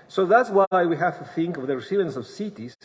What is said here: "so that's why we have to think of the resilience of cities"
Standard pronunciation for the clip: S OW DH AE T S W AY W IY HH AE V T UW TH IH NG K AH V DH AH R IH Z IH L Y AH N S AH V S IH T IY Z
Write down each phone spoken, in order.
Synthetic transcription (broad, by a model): S OW DH AE T S W AY W IY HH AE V T UW TH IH NG K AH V DH AH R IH S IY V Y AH N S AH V S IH T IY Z